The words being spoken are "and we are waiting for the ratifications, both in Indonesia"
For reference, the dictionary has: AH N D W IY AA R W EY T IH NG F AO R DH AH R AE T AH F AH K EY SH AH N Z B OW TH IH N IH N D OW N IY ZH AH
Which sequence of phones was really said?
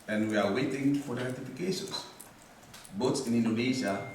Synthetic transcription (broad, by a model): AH N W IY AA R W EY T IH NG F AO R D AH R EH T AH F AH K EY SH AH N S B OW S IH N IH N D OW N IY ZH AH